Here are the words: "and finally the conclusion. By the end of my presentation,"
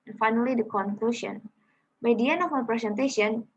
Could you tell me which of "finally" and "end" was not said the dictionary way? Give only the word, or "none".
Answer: end